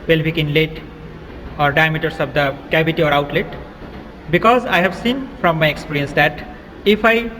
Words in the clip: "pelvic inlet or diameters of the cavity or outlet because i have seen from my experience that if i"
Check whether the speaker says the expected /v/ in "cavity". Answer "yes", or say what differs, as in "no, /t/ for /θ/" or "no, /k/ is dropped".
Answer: no, /b/ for /v/